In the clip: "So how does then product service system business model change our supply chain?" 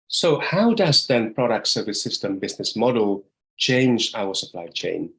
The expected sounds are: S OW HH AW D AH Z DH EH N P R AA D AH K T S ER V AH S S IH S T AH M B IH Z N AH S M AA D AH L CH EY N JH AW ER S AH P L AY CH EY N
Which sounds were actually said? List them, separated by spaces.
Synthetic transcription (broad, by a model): S OW HH AW D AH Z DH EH N P R AA D AH K T S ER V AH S S IH S T AH M B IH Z N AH S M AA D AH L CH EY N JH AW ER S AH P L AY CH EY N